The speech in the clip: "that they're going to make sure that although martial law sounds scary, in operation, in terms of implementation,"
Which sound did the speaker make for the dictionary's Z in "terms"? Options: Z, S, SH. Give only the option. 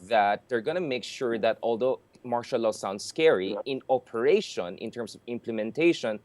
S